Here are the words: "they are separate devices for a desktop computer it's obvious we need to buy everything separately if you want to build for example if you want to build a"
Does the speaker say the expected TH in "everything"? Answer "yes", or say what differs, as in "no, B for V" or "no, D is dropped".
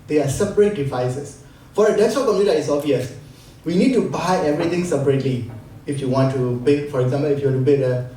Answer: no, T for TH